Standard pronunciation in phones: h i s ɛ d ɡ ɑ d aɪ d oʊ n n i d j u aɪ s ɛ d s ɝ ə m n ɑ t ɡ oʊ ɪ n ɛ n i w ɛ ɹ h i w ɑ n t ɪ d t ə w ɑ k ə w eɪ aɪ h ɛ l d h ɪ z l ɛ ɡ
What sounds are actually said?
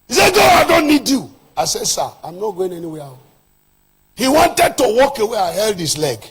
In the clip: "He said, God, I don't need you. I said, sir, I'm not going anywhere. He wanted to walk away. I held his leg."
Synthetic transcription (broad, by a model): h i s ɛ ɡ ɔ aɪ d oʊ n n i d j u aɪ s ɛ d s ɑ ə m n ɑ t ɡ oʊ ɪ n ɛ n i w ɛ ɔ h i w ɑ n t ɪ d t ə w ɑ k ə w eɪ aɪ h ɛ l d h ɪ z l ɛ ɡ